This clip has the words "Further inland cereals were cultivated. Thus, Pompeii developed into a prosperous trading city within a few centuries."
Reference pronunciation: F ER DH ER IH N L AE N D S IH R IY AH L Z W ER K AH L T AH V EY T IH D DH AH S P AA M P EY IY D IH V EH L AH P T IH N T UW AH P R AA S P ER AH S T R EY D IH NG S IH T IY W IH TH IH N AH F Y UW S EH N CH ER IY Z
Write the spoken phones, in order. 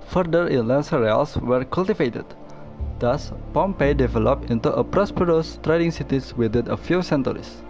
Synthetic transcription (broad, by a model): F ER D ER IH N L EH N S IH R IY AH L S W ER K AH L T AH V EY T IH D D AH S P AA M P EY D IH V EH L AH P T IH N T UW AH P R AA S P ER AH S T R EY D IH NG S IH T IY W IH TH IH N AH F Y UW S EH N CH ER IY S